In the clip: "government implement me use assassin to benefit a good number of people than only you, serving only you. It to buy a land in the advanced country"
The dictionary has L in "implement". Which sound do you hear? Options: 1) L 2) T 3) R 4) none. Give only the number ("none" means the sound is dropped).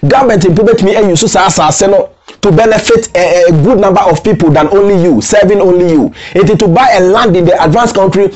4